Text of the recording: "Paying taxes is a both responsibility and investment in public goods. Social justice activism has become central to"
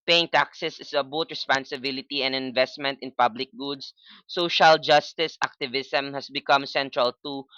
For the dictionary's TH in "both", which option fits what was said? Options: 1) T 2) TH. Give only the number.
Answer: 1